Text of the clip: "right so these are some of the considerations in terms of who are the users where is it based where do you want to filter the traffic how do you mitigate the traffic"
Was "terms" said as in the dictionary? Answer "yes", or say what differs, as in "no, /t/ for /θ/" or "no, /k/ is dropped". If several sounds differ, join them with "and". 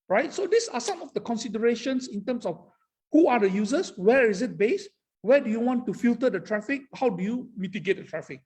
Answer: no, /s/ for /z/